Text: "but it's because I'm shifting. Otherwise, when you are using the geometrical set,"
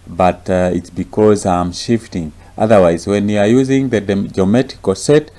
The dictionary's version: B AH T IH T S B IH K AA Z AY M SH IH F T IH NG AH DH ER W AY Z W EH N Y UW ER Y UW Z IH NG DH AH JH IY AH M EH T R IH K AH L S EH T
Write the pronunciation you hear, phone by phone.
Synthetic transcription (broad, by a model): B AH T IH T S B IH K AA Z AY M SH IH F T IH NG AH DH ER W AY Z W EH N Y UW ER Y UW Z IH NG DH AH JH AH M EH T IH K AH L S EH T